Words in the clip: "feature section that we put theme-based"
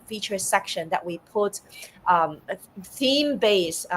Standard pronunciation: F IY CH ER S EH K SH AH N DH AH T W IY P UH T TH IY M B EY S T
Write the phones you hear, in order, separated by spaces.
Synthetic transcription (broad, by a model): F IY CH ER S EH K SH AH N DH AH T W IY P UH T TH IY M B EY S